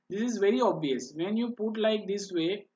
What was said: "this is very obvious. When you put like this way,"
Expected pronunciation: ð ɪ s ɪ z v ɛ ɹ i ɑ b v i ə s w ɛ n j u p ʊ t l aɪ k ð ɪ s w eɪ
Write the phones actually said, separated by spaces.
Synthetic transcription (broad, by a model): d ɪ s ɪ z v ɛ ɹ i ɑ b v i ə s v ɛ n j u p ʊ t l aɪ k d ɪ s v eɪ